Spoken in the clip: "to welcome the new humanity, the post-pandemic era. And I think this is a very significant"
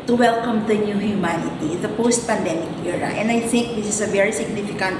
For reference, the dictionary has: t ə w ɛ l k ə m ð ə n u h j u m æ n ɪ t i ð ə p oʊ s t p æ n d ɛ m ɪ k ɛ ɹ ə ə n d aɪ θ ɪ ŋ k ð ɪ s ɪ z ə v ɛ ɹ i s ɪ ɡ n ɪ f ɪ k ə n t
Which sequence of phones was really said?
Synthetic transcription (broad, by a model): t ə w ɛ l k ə m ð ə n u h j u m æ n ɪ t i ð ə p oʊ s t p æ n d ɛ m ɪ k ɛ ɹ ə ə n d aɪ θ ɪ ŋ k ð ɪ s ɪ s ə v ɛ ɹ i s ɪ ɡ n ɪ f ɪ k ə n t